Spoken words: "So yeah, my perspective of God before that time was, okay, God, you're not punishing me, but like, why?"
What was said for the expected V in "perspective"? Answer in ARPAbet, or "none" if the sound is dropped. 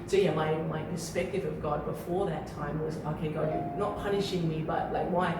V